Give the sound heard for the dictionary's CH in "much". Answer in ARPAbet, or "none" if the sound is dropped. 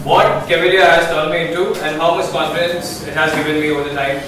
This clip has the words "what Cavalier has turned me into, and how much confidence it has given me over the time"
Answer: S